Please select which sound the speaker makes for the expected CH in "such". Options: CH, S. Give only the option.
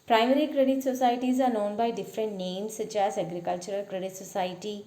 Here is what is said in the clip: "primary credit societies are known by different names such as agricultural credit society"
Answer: S